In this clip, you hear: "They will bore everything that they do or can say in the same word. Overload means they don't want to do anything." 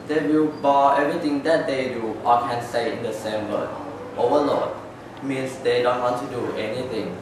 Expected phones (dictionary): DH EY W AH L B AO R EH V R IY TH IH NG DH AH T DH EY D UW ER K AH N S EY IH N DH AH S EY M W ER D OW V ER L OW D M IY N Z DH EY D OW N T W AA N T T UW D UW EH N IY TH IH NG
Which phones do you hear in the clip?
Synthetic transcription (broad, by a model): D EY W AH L B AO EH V R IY T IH NG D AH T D EY D UW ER K AH N S EY IH N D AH S EY M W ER OW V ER L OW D M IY N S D EY D OW N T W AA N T T UW D UW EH N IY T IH NG